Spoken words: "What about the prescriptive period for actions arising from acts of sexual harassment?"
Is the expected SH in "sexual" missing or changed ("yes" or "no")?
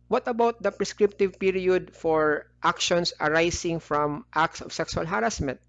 yes